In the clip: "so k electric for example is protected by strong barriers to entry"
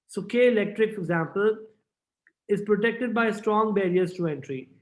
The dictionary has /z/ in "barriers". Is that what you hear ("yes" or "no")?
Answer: no